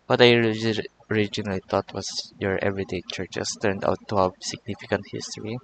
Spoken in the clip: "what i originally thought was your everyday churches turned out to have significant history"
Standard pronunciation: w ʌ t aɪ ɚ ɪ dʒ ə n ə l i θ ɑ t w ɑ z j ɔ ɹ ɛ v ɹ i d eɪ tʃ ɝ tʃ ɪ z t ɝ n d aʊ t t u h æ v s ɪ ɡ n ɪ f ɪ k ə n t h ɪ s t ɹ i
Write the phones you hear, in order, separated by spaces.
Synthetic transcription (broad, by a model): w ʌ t aɪ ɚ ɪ dʒ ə n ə l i t ɑ t w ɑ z j ɔ ɹ ɛ v ɹ i d eɪ tʃ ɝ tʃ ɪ s t ɝ n d aʊ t t u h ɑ s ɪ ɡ n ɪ f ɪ k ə n t h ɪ s t ɹ i